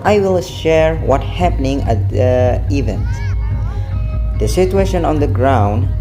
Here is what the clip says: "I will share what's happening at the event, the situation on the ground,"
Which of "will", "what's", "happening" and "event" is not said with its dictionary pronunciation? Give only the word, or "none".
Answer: what's